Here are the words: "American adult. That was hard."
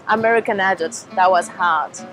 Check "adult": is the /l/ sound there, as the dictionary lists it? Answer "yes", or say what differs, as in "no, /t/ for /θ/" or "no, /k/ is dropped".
no, /l/ is dropped